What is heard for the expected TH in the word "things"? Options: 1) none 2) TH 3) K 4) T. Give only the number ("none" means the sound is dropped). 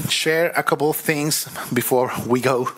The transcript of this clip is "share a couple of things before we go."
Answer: 2